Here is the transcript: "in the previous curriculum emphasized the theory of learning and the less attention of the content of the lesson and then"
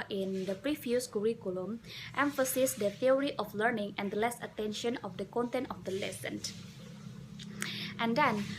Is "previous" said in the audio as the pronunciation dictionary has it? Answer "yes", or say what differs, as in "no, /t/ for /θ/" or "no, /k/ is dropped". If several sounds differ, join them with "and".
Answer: no, /f/ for /v/